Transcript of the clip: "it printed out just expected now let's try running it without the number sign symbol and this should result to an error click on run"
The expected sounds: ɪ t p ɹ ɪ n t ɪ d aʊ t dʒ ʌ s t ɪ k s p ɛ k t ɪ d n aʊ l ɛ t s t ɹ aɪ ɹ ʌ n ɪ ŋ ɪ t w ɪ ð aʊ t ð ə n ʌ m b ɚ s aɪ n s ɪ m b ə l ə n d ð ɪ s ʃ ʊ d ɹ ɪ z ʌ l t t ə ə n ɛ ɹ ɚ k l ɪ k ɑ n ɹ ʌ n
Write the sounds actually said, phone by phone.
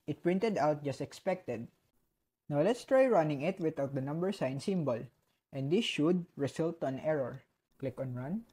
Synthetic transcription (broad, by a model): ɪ t p ɹ ɪ n t ɪ d aʊ t dʒ ʌ s t ɪ k s p ɛ k t ɪ d n aʊ l ɛ t s t ɹ aɪ ɹ ʌ n ɪ ŋ ɪ t w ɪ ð aʊ t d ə n ʌ m b ɚ s aɪ n s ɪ m b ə l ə n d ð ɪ s ʃ ʊ d ɹ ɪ s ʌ l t t ə n ɛ ɹ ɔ k l ɪ k ɑ n ɹ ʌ n